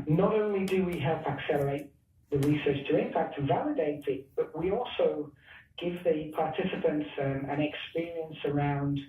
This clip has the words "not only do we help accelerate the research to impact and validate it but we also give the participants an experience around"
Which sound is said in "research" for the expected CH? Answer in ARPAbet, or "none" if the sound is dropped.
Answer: CH